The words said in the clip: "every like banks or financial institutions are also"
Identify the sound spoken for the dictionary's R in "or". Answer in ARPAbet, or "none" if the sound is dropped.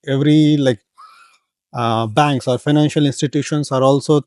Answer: R